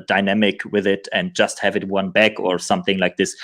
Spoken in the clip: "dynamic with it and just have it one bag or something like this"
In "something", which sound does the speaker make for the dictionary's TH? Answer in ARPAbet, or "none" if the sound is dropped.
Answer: TH